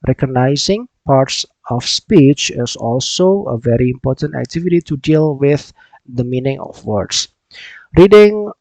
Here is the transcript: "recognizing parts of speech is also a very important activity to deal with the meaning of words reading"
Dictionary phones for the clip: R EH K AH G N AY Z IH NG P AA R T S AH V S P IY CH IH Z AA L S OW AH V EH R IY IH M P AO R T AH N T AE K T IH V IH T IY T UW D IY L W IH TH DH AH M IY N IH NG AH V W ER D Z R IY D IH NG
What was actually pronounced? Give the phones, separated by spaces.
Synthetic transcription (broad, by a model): R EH K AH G N AY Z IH NG P AA R T S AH F S P IY CH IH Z AA L S OW AH V EH R IY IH M P AO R T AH N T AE K T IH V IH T IY T UW D IY L W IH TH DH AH M IY N IH NG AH F W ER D S R IY D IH NG